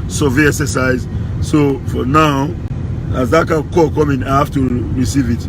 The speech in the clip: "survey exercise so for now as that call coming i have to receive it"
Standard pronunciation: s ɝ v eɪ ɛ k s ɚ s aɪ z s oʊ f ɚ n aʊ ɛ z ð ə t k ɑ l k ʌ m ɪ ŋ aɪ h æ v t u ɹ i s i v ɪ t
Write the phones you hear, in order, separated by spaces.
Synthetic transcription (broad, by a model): s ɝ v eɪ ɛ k s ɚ s aɪ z s oʊ f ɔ n aʊ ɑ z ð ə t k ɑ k k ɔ m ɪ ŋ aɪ h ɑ f t u ɹ i s i v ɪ t